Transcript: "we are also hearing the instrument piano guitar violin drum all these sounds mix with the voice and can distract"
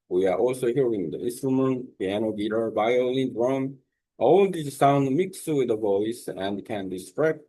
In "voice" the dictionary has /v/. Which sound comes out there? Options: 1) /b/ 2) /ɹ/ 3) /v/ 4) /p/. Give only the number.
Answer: 3